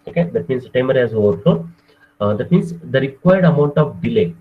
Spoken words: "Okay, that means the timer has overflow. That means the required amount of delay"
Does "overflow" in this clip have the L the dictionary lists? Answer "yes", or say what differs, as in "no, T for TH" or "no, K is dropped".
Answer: no, L is dropped